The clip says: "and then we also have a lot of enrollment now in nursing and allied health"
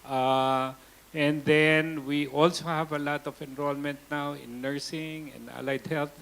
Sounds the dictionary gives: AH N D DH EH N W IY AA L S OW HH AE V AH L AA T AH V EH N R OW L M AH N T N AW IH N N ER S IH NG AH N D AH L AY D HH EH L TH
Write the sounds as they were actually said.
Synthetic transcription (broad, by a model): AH N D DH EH N W IY AA L S OW HH AE V AH L AA T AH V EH N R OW L M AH N T N AW IH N N ER S IH NG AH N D AH L AY D HH EH L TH